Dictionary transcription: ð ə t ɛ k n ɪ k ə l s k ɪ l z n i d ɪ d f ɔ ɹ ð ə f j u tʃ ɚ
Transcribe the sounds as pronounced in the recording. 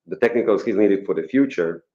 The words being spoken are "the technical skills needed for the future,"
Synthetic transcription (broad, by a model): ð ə t ɛ k n ɪ k ə l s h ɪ z n i d ɪ d f ɔ ɹ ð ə f j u tʃ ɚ